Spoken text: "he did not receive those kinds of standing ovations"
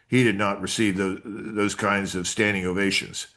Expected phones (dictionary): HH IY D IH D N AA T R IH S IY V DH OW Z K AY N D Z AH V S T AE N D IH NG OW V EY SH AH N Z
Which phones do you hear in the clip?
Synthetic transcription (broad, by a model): HH IY D IH D N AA T R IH S IY V DH OW Z K AY N D Z AH V S T AE N D IH NG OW V EY SH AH N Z